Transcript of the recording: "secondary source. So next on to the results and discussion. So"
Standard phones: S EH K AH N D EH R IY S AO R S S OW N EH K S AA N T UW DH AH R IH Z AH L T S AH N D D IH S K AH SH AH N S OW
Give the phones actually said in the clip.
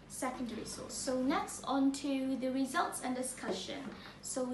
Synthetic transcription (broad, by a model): S EH K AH N D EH R IY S AO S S OW N EH K S AA N T UW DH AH R IH Z AH L T S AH N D D IH S K AH SH AH N S OW